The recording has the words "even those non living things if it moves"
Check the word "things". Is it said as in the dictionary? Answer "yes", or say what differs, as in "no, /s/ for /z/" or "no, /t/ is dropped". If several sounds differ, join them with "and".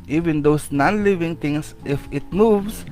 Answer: no, /t/ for /θ/ and /s/ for /z/